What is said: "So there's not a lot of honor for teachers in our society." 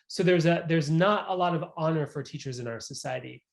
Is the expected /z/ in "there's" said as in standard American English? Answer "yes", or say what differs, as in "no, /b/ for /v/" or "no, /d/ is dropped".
yes